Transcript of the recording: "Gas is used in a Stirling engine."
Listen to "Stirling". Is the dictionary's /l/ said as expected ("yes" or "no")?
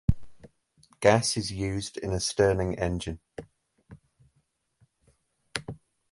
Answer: no